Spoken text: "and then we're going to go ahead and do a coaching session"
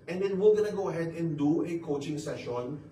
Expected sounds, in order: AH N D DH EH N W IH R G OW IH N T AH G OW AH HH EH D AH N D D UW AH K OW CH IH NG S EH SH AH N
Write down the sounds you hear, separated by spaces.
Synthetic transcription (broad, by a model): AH N D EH N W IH L G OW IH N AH G OW AH HH EH D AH N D D UW AH K OW CH IH NG S EH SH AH N